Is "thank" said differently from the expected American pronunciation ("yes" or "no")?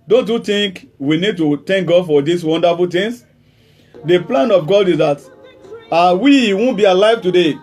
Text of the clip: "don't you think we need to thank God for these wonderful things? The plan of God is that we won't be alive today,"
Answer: yes